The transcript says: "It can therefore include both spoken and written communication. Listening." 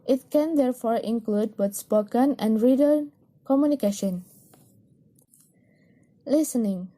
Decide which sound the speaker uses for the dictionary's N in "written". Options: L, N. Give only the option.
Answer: L